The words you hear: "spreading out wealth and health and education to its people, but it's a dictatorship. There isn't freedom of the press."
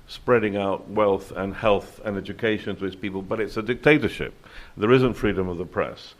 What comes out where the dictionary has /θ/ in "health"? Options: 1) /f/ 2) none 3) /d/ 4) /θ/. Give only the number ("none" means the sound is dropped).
4